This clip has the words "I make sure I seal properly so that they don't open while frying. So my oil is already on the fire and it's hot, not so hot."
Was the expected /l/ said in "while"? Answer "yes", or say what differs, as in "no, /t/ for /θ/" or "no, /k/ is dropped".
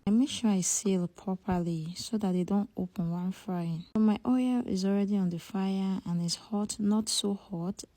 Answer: no, /n/ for /l/